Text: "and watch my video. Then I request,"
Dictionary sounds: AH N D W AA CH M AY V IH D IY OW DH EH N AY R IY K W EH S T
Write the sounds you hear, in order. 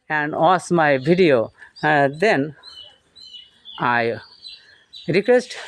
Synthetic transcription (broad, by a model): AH N D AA S M AY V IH D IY OW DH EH N AY R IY K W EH S T